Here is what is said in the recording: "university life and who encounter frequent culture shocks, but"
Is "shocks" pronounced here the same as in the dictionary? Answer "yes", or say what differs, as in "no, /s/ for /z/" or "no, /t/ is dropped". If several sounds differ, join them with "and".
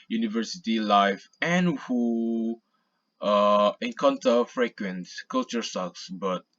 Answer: no, /s/ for /ʃ/